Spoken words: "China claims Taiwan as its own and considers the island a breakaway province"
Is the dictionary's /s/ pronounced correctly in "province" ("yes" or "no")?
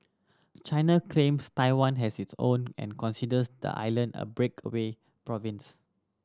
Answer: yes